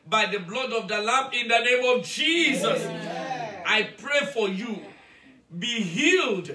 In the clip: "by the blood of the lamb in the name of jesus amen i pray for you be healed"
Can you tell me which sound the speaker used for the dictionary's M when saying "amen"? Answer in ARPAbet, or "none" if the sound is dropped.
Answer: none